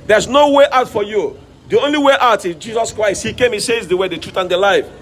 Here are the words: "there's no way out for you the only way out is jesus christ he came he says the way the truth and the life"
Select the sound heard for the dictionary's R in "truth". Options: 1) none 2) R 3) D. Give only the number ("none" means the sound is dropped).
2